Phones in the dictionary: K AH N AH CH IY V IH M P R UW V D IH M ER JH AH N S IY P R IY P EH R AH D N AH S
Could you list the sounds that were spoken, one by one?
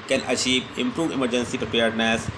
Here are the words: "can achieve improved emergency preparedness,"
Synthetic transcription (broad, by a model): K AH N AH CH IY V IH M P R UW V IH M ER JH AH N S IY P R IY P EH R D N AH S